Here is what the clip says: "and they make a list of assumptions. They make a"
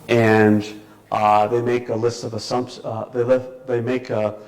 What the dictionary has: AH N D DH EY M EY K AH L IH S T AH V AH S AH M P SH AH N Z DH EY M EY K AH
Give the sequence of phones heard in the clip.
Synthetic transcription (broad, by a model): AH N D DH EY M EY K AH L IH S T AH V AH S AH M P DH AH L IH DH EY M EY K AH